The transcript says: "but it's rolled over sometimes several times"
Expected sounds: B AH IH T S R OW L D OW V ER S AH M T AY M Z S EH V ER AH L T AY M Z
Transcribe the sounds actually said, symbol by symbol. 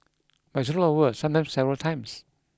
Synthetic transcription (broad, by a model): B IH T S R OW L OW ER S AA M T AY M S EH V ER AH L T AY M S